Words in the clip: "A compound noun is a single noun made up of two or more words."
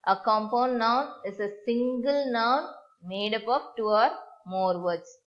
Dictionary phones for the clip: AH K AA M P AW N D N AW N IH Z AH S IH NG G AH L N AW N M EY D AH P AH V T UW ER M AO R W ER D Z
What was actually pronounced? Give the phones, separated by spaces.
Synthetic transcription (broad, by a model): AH K AA M P AW N D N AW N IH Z AH S IH NG G AH L N AW N M EY D AH P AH P T UW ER M AO R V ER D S